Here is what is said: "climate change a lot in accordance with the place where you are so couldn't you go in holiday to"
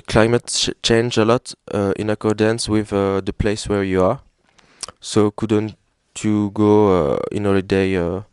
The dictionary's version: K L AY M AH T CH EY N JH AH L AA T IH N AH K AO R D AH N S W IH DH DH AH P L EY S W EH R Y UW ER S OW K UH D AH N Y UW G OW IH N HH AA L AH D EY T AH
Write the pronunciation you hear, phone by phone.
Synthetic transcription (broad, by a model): K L AY M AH T CH EY N JH AH L AA T IH N AH K AO R D AH N S W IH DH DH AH P L EY S W EH R Y UW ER S OW K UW D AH N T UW G OW IH N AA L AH D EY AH